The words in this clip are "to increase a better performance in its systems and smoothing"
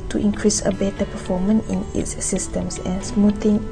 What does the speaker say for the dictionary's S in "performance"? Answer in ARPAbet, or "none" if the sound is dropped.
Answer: none